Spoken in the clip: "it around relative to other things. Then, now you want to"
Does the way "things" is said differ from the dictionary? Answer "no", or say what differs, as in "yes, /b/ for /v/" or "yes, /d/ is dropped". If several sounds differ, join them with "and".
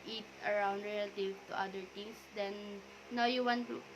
yes, /t/ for /θ/